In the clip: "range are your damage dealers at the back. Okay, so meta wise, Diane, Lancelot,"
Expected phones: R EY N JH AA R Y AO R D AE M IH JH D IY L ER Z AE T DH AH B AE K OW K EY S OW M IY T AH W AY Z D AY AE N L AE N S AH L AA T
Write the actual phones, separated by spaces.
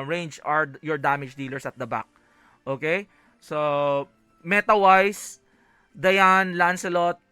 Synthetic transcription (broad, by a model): R EY N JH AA R Y AO R D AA M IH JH D IY L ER S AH T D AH B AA K OW K EY S OW M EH T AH W AY S D AY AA N L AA N S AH L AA T